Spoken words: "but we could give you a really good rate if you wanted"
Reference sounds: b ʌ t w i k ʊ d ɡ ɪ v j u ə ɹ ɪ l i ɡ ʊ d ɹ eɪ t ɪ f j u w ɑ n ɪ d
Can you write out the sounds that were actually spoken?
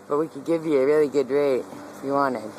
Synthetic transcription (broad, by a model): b ʌ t w i k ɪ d ɡ ɪ v j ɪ ə ɹ ɪ l i ɡ ʊ d ɹ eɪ ɪ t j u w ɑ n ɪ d